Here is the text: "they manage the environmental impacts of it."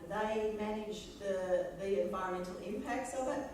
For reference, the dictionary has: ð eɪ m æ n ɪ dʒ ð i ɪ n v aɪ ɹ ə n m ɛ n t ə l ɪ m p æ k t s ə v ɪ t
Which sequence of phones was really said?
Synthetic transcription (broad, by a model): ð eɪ m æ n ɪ dʒ ð i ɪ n v aɪ ə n m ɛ n t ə l ɪ m p æ k t s ə v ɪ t